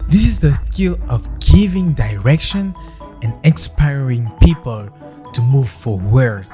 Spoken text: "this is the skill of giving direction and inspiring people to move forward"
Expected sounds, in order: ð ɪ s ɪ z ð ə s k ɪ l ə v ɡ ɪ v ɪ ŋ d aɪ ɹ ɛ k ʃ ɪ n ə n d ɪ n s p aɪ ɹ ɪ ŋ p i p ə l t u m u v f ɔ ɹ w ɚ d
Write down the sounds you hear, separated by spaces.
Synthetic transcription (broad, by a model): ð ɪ s ɪ z ð ə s k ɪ l ə v ɡ ɪ v ɪ ŋ d aɪ ɹ ɛ k ʃ ɪ n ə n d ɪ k s p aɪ ɹ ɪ ŋ p i p ə l t u m u v f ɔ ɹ w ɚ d